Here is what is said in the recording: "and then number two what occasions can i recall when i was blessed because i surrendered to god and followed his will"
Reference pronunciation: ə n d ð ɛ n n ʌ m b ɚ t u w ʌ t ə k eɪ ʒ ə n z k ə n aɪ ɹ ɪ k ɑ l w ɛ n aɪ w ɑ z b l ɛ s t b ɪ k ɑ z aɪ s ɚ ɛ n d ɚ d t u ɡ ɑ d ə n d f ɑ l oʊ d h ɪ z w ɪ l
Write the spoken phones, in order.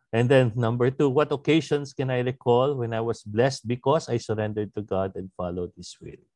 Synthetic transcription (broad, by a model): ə n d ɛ n n ʌ m b ɚ t u w ʌ t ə k eɪ ʃ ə n s k ə n aɪ ɹ ɪ k ɑ l w ɛ n aɪ w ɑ s b l ɛ s t b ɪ k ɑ s aɪ s ɚ ɛ n d ɚ d t u ɡ ɑ d ə n d f ɑ l oʊ d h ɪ s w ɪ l